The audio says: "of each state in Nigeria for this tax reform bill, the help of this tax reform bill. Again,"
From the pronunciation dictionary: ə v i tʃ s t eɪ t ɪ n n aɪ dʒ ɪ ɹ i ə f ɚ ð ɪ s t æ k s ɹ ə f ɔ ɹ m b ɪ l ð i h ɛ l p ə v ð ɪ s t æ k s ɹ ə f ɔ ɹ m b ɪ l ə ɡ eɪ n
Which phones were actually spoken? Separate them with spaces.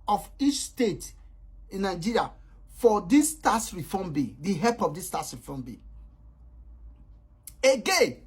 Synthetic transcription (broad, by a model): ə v i tʃ s t eɪ t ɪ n n aɪ dʒ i ɹ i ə f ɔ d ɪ s t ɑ s ɹ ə f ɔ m b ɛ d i h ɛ p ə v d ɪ s t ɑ s ɹ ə f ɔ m b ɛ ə ɡ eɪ n